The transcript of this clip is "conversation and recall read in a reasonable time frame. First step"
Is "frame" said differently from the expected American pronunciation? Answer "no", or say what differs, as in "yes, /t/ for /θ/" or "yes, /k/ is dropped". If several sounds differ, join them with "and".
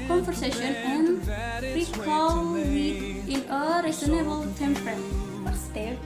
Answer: yes, /p/ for /f/